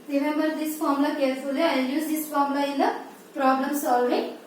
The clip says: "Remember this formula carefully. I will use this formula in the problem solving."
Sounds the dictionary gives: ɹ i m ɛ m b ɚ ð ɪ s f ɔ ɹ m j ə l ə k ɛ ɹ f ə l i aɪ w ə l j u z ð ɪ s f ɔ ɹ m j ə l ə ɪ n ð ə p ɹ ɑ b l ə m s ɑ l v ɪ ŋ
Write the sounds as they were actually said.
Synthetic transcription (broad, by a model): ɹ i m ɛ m b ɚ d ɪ s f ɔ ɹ m l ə k ɛ ɹ f ə l i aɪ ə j j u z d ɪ s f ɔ ɹ m l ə ɪ n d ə p ɹ ɑ b l ə m s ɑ l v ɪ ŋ